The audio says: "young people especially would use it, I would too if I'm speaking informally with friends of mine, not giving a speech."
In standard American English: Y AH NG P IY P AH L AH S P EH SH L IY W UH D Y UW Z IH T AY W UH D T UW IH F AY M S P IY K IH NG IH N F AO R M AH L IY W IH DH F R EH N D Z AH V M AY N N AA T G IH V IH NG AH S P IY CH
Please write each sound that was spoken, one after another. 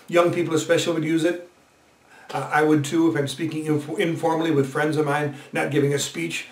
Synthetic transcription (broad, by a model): Y AH NG P IY P L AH S P EH SH L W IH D Y UW Z IH T AY W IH D T UW IH F AY M S P IY K IH NG IH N F AO R M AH L IY W IH DH F R EH N D Z AH V M AY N N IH T G IH V IH NG AH S P IY CH